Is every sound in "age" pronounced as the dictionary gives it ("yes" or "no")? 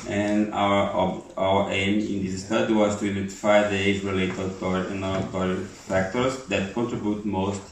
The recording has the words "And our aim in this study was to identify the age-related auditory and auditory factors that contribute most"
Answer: no